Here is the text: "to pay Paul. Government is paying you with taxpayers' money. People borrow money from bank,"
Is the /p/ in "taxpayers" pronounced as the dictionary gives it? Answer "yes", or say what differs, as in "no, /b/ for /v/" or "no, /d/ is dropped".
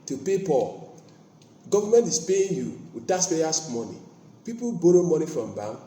no, /p/ is dropped